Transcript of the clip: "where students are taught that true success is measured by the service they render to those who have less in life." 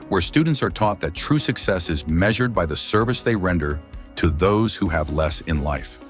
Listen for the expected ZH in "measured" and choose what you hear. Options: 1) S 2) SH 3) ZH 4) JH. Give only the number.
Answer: 3